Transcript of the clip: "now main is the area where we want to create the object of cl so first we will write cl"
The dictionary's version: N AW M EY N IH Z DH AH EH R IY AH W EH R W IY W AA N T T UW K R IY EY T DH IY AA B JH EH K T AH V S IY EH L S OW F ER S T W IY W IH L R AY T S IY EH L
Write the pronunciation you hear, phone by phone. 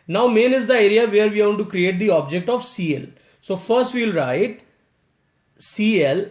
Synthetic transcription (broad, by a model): N AW M EY N IH Z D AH EH R IY AH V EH R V IY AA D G T UW K R IY EY T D IY AA B JH EH K T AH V S IY EH L S OW F ER S T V IY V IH L R AY T S IY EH L